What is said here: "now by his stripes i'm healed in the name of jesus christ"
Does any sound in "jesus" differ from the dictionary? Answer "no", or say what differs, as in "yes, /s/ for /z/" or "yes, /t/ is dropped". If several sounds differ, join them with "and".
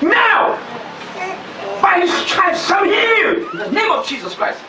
no